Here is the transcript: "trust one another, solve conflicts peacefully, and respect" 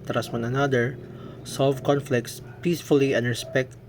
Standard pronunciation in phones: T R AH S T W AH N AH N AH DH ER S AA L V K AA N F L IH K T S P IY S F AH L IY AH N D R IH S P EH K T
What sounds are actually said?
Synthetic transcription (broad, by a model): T R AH S W AH N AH N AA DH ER S AA L V K AA N F L IH K T S P IY S F AH L IY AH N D R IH S P EH K T